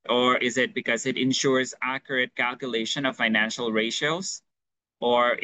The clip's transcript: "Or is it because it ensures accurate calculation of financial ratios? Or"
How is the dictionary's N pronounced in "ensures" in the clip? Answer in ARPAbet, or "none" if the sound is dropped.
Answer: N